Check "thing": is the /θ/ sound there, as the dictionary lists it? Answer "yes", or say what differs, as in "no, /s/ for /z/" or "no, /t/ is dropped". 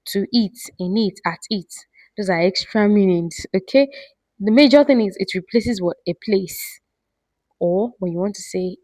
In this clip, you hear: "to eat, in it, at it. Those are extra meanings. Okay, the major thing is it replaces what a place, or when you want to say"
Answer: yes